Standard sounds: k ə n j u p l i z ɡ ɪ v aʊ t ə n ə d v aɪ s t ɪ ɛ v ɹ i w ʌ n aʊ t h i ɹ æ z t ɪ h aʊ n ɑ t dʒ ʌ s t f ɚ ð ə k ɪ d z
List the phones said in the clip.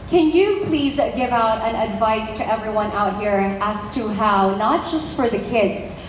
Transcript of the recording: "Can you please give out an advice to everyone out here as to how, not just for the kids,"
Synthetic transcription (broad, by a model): k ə n j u p l i z ɡ ɪ v aʊ t ə n ə d v aɪ s t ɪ ɛ v ɹ i w ʌ n aʊ t h i ɹ æ z t ɪ h aʊ n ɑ t dʒ ʌ s t f ɚ ð ə k ɪ d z